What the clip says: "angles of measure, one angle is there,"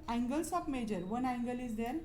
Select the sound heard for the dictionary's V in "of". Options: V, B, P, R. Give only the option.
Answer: P